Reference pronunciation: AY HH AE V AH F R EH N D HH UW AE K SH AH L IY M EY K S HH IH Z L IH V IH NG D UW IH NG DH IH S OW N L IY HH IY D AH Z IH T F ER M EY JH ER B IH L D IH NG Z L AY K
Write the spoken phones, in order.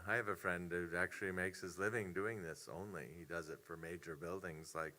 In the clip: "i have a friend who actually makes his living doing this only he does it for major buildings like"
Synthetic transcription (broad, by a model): AY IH V AH F R EH N D HH UW AE K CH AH L IY M EY K S HH IH Z L IH V IH NG D UW IH NG DH IH S OW N L IY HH IY D AH Z IH T F ER M EY JH ER B IH L D IH NG Z L AY K